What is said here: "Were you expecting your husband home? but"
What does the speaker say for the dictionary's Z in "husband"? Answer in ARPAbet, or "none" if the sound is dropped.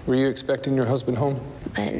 Z